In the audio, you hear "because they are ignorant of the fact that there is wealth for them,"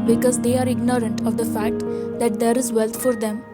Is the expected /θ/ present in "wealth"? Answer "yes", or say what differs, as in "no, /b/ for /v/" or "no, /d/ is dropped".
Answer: no, /t/ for /θ/